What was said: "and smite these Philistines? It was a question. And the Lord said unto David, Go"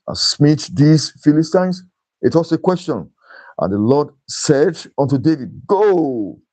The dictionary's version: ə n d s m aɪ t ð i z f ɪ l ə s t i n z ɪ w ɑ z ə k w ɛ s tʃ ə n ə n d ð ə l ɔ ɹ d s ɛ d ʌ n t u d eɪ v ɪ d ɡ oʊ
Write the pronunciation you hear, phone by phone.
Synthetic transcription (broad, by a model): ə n s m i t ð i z f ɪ l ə s t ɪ n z ɪ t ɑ s ə k w ɛ s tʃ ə n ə n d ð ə l ɔ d s ɛ d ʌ n t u d eɪ v ɪ d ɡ oʊ